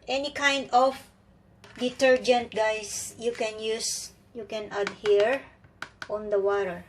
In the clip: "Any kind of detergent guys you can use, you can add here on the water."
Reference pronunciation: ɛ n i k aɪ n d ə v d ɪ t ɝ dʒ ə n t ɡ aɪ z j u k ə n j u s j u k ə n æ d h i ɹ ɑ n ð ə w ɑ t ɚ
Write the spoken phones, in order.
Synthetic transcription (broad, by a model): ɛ n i k aɪ n d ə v d ɪ t ɝ dʒ ə n t ɡ aɪ s j u k ə n j u s j u k ə n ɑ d h i ɹ ɑ n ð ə w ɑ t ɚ